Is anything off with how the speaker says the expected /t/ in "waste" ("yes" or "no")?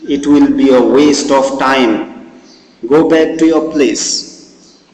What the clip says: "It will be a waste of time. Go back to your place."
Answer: no